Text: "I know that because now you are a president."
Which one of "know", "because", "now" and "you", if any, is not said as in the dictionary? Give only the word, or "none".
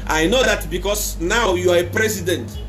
because